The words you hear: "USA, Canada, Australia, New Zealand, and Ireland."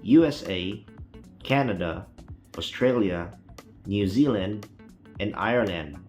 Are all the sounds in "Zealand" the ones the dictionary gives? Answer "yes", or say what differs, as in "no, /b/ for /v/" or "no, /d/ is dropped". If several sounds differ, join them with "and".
yes